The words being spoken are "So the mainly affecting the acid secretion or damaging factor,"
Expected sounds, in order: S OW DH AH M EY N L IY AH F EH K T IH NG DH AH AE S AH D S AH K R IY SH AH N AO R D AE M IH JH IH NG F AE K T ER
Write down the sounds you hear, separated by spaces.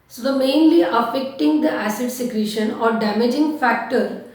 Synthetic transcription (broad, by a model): S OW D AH M EY N L IY AH F EH K T IH NG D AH AE S AH D S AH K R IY SH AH N AO R D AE M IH JH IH NG F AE K T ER